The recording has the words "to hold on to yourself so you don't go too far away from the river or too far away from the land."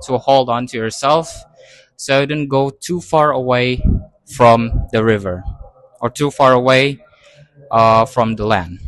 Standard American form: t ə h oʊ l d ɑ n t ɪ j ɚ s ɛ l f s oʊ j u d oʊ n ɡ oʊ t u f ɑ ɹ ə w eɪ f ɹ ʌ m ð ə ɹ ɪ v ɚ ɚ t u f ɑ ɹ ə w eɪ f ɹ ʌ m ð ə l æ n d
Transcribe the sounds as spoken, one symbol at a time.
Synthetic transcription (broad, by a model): t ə h oʊ l d ɑ n t ɪ j ɚ s ɛ l f s oʊ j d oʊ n ɡ oʊ t u f ɑ ɹ ə w eɪ f ɹ ʌ m ð ə ɹ ɪ v ɚ ɚ t u f ɑ ɹ ə w eɪ f ɹ ʌ m ð ə l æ n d